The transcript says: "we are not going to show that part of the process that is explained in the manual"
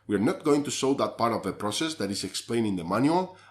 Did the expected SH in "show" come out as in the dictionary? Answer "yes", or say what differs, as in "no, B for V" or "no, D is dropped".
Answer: no, S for SH